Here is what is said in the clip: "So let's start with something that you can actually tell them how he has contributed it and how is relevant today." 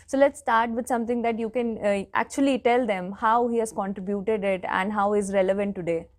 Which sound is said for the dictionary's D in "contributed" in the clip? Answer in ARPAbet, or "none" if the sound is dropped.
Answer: D